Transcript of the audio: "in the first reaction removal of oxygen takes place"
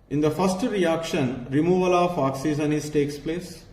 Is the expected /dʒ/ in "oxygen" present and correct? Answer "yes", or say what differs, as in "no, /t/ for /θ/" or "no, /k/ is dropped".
no, /z/ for /dʒ/